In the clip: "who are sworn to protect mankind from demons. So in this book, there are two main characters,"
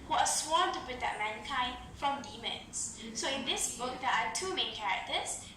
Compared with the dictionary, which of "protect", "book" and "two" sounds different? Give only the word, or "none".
protect